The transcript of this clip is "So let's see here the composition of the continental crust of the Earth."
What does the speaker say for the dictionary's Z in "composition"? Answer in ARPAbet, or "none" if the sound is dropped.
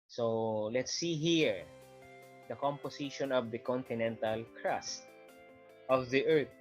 S